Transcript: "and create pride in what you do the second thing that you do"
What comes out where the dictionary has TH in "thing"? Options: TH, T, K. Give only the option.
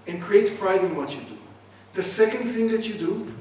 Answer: TH